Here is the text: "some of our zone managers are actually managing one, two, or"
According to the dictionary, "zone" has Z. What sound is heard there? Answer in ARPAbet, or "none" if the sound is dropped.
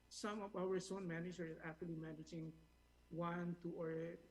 S